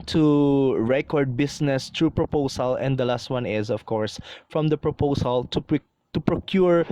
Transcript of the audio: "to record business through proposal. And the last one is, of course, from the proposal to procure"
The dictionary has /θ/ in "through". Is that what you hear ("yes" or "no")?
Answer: no